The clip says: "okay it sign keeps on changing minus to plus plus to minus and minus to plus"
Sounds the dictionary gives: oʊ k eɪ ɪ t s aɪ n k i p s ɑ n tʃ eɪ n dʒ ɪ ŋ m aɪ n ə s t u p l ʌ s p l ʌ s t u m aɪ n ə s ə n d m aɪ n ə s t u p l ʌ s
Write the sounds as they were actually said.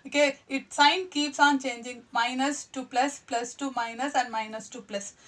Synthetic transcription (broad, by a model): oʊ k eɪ ɪ t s aɪ n k i p s ɑ n tʃ eɪ n dʒ ɪ ŋ m aɪ n ə s t u p l ʌ s p l ʌ s t u m aɪ n ə s ə n d m aɪ n ə s t u p l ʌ s